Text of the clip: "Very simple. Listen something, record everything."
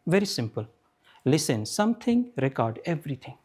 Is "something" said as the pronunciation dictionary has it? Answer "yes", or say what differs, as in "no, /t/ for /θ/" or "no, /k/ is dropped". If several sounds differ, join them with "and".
no, /t/ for /θ/